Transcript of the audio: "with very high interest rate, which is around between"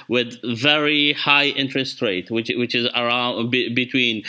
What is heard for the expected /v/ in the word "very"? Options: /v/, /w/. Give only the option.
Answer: /v/